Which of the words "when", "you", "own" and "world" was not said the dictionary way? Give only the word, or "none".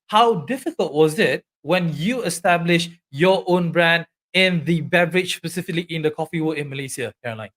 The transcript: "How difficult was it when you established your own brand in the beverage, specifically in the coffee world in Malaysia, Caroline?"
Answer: world